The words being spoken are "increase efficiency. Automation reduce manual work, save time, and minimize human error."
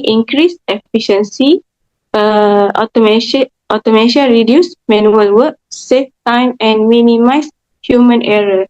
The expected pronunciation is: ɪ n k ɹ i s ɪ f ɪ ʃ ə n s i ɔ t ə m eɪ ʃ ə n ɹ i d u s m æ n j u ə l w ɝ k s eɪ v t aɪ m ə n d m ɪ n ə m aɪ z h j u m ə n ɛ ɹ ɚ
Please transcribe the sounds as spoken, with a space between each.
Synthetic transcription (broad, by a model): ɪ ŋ k ɹ i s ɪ f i ʃ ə n s i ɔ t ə m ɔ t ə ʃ ɹ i d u s m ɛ n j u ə l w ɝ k s eɪ f t aɪ m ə n m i n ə m aɪ s h j u m ə n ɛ ɹ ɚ